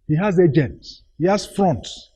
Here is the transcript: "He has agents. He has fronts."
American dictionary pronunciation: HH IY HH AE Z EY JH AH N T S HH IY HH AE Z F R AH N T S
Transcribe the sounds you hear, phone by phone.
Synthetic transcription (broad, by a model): HH IY HH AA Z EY JH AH N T HH IY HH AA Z F R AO N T